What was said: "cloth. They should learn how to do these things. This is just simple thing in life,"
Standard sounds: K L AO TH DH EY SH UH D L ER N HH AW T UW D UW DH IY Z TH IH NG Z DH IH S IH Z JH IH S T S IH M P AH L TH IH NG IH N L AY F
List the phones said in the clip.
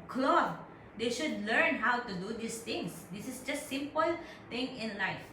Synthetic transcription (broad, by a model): K L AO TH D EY SH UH D L ER N HH AW T UW D UW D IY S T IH NG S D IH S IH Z JH IH S T S IH M P AH L T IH NG IH N L AY F